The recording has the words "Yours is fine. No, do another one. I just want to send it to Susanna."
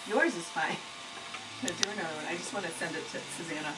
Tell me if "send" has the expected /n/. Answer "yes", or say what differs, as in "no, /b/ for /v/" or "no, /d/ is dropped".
yes